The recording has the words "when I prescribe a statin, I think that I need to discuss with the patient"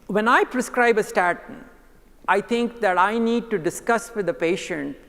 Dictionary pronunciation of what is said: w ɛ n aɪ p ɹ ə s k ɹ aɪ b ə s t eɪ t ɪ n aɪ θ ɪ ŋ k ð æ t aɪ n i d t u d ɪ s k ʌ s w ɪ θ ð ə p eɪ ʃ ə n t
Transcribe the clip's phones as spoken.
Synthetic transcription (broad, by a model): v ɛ n aɪ p ɹ ə s k ɹ aɪ b ə s t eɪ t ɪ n aɪ t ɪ ŋ k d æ t aɪ n i d t u d ɪ s k ʌ s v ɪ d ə p eɪ ʃ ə n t